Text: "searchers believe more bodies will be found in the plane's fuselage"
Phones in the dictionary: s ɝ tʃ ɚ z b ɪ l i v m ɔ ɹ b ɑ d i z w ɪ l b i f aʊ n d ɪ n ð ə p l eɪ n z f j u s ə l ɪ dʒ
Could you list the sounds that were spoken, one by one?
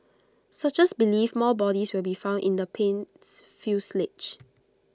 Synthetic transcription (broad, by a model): s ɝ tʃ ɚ s b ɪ l i f m ɔ l b ɑ d i s w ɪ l b i f aʊ n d ɪ n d ə p eɪ n s f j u s l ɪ tʃ